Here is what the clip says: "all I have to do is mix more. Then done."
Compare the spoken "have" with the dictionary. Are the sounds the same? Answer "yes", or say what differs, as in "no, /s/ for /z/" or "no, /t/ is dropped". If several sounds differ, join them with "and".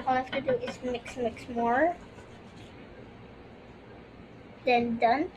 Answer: no, /f/ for /v/